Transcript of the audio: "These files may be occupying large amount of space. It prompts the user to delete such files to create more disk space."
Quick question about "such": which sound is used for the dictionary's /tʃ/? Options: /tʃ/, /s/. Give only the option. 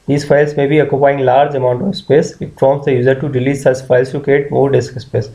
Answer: /s/